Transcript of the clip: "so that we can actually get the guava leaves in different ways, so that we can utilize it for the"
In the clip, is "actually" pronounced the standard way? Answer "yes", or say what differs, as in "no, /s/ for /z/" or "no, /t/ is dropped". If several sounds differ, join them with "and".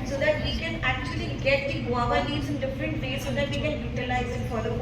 yes